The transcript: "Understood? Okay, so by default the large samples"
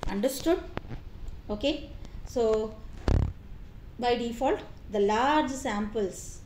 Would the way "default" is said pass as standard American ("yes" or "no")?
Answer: yes